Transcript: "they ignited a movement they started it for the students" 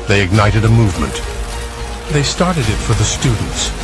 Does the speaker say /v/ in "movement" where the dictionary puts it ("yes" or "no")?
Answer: yes